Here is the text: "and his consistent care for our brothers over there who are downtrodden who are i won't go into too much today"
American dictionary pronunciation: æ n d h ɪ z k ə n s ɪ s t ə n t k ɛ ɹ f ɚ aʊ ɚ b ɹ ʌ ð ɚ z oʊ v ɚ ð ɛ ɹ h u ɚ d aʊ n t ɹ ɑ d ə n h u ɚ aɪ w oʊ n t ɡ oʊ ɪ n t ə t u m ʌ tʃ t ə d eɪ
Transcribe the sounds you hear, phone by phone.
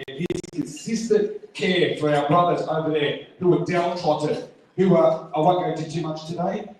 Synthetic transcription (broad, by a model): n h ɪ z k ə n s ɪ s t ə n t k ɛ ɹ f ɚ aʊ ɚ b ɹ ʌ ð ɚ z oʊ v ɚ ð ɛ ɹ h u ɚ d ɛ l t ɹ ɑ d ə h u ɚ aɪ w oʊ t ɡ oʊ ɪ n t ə t u m ʌ tʃ t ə d eɪ